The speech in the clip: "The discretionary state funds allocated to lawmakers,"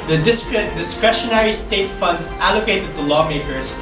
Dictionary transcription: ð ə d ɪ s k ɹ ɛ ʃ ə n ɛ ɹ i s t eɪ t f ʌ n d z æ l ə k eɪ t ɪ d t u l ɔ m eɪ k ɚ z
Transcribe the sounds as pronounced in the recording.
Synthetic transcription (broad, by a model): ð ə d ɪ s k ɹ ɛ ʃ ə n ɛ ɹ i s t eɪ t f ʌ n d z æ l ə k eɪ t ɪ d t u l ɔ m eɪ k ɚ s